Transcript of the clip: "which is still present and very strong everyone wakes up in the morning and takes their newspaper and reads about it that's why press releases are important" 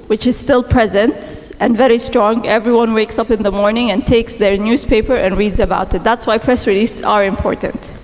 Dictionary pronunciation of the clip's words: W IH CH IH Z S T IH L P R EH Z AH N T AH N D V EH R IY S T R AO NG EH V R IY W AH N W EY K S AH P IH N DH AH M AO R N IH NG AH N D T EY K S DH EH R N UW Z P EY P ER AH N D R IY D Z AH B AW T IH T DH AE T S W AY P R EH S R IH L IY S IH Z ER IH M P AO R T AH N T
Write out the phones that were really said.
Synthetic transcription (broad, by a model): W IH CH IH Z S T IH L P R EH Z AH N T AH N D V EH R IY S T R AO NG EH V R IY W AH N W EY K S AH P IH N DH AH M AO R N IH NG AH N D T EY K S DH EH R N UW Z P EY P ER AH N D R IY D Z AH B AW T IH T DH AE T S W AY P R EH S R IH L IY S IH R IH M P AO R T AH N T